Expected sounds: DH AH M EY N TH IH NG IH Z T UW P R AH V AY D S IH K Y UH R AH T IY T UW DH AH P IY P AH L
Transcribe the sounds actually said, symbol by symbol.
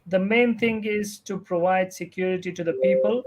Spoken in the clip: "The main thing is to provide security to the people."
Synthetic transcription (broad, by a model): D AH M EY N T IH NG IH Z T UW P R AH V AY D S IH K Y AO R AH T IY T UW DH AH P IY P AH L